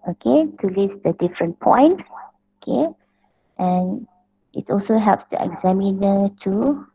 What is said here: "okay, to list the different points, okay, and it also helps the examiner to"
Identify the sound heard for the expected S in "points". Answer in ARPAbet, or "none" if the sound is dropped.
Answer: none